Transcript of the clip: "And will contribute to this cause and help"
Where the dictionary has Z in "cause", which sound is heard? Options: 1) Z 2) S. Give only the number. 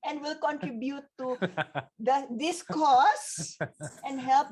2